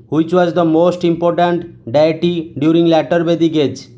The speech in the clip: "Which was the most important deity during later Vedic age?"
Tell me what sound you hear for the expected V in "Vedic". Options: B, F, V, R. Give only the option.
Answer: B